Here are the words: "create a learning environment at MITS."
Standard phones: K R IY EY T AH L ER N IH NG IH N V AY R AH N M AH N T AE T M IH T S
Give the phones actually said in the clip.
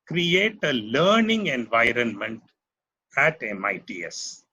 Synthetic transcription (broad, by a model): K R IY EY T AH L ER N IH NG IH N V AY R AH N M AH N T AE T M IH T S